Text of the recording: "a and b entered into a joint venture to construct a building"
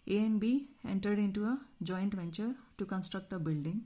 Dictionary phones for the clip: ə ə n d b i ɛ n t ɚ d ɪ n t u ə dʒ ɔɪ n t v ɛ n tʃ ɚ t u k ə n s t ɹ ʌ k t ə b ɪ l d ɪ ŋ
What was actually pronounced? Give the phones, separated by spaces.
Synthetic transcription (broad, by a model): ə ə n b i ɛ n t ɚ d ɪ n t u ə dʒ ɔɪ n t v ɛ n tʃ ɚ t u k ə n s t ɹ ʌ k t ə b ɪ l d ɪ ŋ